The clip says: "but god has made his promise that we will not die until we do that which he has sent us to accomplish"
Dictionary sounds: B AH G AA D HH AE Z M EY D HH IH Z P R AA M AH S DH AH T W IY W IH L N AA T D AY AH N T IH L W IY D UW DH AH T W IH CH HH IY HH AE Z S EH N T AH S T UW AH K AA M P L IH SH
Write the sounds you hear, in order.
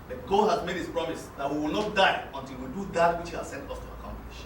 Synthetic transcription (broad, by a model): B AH G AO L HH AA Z M EY D HH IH S P R AA M AH S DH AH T W IY W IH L N AA T D AY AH N T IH L W IY D UW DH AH T W IH CH HH IY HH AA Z S EH N T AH S T UW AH K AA M P L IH SH